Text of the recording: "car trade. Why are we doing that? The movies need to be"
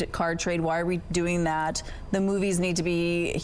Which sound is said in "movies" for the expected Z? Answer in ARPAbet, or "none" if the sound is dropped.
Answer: Z